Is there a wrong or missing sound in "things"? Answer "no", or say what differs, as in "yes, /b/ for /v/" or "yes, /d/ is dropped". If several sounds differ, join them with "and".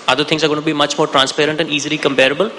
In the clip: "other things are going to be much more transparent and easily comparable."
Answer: yes, /t/ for /θ/